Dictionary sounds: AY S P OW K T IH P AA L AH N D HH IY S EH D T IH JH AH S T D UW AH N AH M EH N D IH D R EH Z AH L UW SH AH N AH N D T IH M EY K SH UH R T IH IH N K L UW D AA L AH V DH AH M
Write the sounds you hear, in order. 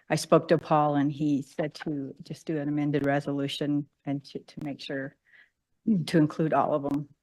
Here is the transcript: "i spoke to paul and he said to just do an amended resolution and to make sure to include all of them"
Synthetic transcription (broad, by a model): AY S P OW K T IH P AA L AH N IY S EH D T IH JH AH S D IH AH N AH M EH N D IH D R EH Z AH L UW SH AH N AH N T T IH M EY K SH UH R T IH IH N K L UW D AA L AH V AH M